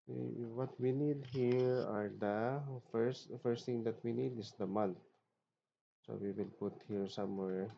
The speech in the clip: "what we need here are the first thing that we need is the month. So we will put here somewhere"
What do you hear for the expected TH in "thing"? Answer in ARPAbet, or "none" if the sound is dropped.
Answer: T